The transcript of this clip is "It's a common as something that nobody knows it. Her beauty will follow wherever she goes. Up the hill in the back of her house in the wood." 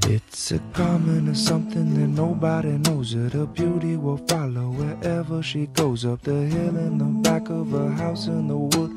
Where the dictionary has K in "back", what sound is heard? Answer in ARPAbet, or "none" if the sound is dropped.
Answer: K